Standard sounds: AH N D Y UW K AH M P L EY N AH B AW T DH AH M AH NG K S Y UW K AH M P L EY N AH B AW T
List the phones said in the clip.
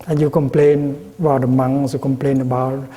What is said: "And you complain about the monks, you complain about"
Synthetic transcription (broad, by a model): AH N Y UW K AH M P L EY N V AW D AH M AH NG S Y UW K AH M P L EY N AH B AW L